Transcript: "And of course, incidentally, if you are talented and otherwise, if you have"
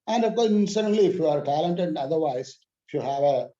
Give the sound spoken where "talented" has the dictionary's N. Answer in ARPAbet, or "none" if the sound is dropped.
N